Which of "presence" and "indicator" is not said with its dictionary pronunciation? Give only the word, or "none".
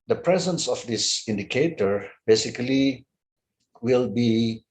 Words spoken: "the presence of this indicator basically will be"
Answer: none